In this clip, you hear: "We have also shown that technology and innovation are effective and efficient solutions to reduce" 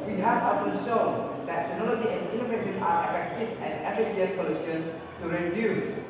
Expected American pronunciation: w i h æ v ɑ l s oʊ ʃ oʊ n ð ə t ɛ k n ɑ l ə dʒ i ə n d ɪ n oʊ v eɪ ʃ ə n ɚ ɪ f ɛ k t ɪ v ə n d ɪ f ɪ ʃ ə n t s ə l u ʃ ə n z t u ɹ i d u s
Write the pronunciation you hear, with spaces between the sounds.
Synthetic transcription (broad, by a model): w i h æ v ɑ s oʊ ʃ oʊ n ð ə t ɛ k n ɑ l ə dʒ i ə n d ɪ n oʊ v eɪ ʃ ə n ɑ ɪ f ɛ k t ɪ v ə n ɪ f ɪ s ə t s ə l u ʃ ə n t u ɹ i d u s